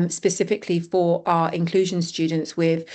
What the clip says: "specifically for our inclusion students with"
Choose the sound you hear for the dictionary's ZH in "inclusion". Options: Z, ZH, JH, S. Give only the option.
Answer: ZH